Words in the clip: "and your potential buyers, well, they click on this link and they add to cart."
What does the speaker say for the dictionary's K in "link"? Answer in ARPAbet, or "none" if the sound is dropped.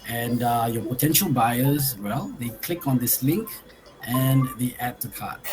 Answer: K